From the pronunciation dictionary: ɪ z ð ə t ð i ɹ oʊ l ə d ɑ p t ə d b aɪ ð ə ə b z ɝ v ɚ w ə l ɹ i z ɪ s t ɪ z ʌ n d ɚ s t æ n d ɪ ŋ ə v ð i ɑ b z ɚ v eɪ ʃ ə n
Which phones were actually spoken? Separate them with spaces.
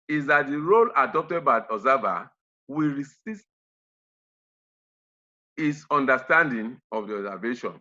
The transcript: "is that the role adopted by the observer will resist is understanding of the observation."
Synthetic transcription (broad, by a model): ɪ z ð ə t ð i ɹ oʊ l ə d ɑ p t ə d b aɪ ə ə z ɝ v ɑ w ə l ɹ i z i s t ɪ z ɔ n d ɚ s t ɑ n d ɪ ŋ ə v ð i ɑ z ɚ v eɪ ʃ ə n